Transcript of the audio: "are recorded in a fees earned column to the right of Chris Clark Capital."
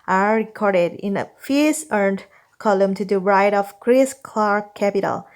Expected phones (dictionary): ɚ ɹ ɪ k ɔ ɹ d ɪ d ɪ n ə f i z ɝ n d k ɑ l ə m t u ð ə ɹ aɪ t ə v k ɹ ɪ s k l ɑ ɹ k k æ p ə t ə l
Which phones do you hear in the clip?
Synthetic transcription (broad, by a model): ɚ ɹ ɪ k ɔ ɹ d ɪ d ɪ n ə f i s ɝ n d k ɑ l ə m t u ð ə ɹ aɪ t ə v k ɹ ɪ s k l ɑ ɹ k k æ p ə t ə l